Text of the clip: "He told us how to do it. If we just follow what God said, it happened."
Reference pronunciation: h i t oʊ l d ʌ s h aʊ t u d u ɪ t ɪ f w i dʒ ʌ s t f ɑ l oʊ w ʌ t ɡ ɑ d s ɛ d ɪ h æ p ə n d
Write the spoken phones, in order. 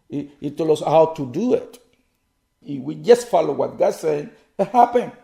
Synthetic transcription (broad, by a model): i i t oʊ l ʌ s h aʊ t u d u ɪ t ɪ w i dʒ ʌ s t f ɑ l oʊ w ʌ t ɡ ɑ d s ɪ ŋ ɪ h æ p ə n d